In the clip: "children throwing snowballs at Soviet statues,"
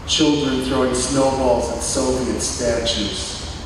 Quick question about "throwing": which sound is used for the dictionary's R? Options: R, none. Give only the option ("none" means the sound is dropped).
R